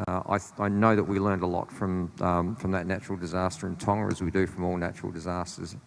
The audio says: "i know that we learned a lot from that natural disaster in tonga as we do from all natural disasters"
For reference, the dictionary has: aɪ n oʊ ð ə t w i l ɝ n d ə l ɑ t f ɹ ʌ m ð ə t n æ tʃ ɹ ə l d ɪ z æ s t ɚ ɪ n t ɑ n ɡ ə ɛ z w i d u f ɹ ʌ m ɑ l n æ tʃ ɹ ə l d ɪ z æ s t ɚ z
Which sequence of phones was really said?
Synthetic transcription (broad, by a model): aɪ n oʊ ð ə t w i l ɝ n d ə l ɑ t f ɹ ʌ m ð ə t n æ tʃ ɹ l d ɪ z æ s t ɚ ɪ n t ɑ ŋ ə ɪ z w i d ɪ f ɹ ʌ m ɑ l n æ tʃ ɹ l d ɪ z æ s t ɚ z